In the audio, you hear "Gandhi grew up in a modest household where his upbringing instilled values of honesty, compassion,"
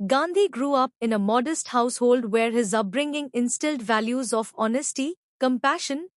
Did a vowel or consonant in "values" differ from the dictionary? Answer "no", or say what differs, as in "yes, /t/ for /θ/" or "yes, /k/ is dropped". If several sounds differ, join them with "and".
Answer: no